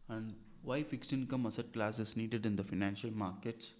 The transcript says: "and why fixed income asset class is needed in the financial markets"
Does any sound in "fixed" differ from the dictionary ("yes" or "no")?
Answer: no